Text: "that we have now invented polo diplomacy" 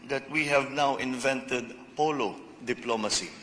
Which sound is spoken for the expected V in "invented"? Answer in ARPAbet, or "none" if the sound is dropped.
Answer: V